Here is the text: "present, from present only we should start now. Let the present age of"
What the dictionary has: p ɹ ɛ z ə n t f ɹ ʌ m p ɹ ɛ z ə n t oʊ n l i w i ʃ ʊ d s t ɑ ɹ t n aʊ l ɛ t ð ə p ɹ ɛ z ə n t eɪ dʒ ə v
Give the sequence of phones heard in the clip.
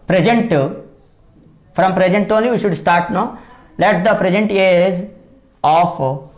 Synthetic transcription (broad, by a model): p ɹ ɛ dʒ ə n t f ɹ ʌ m p ɹ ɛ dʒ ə n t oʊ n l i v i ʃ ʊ d s t ɑ ɹ t n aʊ l ɛ t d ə p ɹ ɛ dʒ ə n t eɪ z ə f